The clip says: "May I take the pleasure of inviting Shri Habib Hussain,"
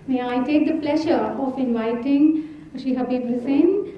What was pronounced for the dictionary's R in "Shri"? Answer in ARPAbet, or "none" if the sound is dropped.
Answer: none